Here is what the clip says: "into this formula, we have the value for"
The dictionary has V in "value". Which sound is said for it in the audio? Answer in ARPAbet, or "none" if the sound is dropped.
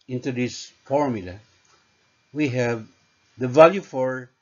V